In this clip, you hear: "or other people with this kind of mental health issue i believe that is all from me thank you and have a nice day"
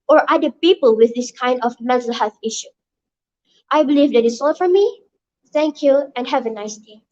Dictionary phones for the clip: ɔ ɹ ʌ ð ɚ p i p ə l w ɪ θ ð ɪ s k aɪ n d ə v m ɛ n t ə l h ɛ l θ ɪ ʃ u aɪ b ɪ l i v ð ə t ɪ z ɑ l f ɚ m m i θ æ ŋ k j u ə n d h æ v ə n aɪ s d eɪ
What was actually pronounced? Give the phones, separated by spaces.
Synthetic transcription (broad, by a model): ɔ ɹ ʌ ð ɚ p i p ə l w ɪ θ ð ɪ s k aɪ n d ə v m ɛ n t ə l h ɛ l θ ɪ ʃ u aɪ b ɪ l i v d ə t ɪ s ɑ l f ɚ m m i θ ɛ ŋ k j u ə n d h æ v ə n aɪ s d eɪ